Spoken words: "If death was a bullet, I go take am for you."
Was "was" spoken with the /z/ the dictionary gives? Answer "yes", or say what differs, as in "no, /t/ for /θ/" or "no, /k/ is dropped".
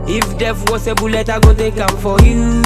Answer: no, /s/ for /z/